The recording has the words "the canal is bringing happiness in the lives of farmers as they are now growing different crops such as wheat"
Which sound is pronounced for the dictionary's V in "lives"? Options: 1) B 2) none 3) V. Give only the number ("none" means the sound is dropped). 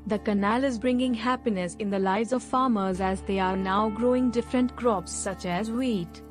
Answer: 2